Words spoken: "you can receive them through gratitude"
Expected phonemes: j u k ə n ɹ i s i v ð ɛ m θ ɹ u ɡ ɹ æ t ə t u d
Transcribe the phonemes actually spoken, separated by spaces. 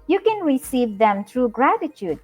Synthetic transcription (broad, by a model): j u k ə n ɹ i s i v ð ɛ m t ɹ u ɡ ɹ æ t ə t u d